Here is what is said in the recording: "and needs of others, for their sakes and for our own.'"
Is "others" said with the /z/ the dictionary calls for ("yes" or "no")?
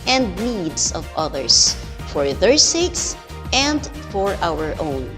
no